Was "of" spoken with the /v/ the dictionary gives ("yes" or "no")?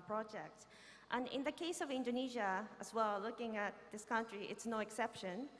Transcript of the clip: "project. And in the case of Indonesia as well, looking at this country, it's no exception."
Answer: yes